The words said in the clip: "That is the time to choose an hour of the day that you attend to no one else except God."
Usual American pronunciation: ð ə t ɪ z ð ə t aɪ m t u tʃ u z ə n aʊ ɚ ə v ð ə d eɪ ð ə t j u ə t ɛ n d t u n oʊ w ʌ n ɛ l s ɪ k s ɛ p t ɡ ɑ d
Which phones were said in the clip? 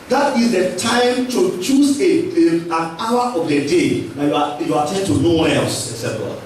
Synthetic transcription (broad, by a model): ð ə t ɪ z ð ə t aɪ m t u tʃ u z ə n aʊ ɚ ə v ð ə d eɪ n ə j j u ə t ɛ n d t u n oʊ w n ɛ l s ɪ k s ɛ t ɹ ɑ